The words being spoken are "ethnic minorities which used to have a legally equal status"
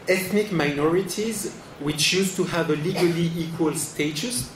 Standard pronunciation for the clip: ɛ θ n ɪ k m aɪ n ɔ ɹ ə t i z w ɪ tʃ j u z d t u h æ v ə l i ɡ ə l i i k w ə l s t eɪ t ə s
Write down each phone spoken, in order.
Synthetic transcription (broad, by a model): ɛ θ n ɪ k m aɪ n ɔ ɹ ə t i z w ɪ tʃ j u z t u h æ v ə l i ɡ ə l i i k w ə l s t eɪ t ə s